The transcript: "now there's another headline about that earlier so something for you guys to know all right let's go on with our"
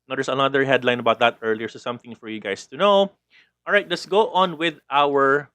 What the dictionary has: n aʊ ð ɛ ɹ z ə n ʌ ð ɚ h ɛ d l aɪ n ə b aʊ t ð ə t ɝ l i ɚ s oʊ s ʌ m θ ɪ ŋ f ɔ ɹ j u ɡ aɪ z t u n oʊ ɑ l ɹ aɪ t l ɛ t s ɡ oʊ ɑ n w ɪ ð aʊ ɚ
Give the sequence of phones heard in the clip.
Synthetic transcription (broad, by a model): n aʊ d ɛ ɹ s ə n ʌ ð ɚ h ɛ d l aɪ n ə b aʊ t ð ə t ɝ l i ɚ s oʊ s ʌ m θ ɪ ŋ f ɔ ɹ j u ɡ aɪ s t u n oʊ ɑ l ɹ aɪ t l ɛ t s ɡ oʊ ɑ n w ɪ ð aʊ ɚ